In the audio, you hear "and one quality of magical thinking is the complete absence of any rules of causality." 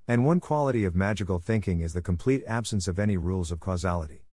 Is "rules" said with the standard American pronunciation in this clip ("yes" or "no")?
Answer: yes